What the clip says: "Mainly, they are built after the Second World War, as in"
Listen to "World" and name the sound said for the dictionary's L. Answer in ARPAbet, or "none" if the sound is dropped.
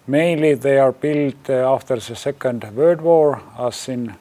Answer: none